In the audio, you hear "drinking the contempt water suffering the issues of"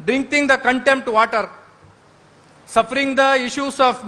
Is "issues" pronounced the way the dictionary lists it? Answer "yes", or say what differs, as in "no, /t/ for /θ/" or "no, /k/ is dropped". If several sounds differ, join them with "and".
no, /s/ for /z/